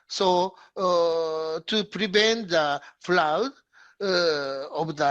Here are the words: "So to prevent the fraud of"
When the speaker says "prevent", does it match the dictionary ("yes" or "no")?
yes